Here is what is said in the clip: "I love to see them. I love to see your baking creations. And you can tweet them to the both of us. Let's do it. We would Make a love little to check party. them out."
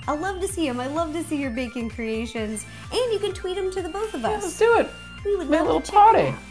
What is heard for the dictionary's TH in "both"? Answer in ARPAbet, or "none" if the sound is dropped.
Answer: TH